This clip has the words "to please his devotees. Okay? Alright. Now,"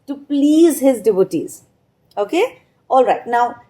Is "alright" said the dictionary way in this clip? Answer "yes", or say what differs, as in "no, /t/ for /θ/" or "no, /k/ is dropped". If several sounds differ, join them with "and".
yes